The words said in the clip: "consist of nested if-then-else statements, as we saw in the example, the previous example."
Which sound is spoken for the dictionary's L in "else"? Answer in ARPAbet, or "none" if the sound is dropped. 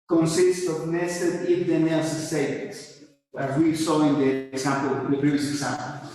none